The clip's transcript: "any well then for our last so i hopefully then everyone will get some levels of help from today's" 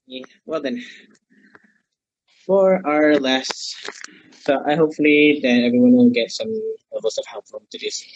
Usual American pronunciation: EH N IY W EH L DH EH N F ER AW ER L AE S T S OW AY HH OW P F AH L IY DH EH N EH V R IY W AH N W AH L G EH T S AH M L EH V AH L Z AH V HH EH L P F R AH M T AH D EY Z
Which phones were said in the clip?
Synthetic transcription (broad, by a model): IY W EH L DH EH N F ER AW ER L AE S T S OW AY HH OW P F AH L IY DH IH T EH V R IY W AH N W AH N G EH T S AH M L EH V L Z AH V HH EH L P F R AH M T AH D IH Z